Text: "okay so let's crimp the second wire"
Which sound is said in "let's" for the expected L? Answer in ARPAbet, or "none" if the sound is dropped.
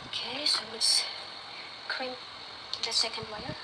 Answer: W